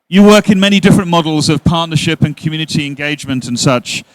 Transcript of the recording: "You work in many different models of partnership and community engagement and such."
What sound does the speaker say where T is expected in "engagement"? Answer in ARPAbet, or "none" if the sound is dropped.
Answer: T